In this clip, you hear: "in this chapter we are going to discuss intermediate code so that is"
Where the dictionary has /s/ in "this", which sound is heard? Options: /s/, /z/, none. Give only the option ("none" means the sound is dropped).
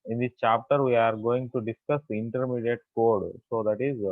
none